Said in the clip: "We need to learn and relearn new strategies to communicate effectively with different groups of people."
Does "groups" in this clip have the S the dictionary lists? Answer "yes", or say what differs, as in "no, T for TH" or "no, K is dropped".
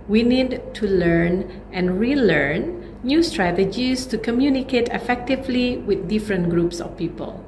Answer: yes